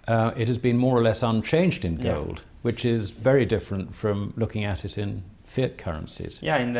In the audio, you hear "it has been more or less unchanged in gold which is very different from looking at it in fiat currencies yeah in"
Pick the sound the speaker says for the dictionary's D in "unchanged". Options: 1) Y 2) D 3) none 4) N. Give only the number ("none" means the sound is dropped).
2